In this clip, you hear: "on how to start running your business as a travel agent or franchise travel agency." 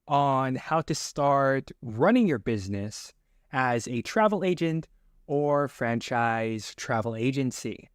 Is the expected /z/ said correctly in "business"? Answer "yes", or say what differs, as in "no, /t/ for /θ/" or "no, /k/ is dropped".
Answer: yes